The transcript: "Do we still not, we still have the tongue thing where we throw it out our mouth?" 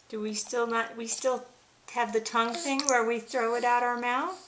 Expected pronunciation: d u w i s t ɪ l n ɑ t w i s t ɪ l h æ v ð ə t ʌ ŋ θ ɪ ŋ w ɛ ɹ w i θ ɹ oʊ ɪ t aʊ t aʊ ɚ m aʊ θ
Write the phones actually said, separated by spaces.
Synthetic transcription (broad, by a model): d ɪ w i s t ɪ l n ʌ t w i s t ɪ l h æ v ð ə t ʌ ŋ θ ɪ ŋ w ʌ ɹ w i θ ɹ oʊ ɪ t aʊ t aʊ ɚ m aʊ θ